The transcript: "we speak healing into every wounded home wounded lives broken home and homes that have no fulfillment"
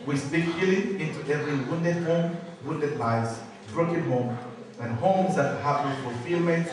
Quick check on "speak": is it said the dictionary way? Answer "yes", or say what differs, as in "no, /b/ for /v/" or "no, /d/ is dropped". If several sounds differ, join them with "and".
no, /b/ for /p/